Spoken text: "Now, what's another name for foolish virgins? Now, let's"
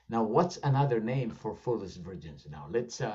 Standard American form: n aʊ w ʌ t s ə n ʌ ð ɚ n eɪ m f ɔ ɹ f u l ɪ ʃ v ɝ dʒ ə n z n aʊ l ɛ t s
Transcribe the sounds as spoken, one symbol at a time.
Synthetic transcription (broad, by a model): n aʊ w ʌ t s ə n ʌ ð ɚ n eɪ m f ɔ ɹ f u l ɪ s v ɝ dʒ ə n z n aʊ l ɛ t s